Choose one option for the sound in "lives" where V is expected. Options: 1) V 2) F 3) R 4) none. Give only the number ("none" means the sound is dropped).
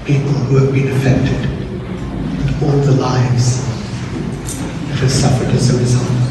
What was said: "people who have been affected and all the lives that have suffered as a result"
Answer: 1